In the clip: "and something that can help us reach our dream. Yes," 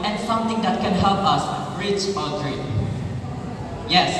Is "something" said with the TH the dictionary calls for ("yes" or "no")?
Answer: no